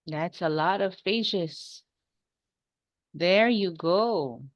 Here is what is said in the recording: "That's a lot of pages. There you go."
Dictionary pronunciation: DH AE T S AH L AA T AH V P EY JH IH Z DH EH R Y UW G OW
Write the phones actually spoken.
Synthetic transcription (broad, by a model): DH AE T S AH L AA T AH V F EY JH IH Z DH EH R Y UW G OW